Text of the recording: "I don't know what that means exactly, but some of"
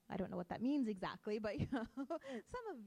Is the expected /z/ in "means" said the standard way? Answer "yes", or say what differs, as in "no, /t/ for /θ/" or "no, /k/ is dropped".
yes